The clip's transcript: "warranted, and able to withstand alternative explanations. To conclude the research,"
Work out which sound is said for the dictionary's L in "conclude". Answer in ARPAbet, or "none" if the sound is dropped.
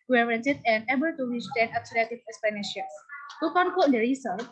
none